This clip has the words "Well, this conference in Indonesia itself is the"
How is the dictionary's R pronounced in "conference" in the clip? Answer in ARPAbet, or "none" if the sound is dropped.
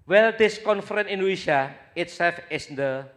none